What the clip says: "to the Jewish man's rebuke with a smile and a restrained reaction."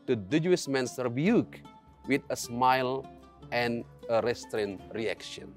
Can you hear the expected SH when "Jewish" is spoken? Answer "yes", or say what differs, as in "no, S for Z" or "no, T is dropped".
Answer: no, S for SH